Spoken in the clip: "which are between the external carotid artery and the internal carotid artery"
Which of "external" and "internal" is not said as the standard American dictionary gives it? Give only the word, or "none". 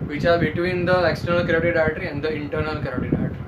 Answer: none